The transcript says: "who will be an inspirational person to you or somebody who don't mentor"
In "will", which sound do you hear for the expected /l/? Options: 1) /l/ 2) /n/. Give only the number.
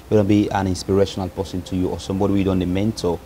2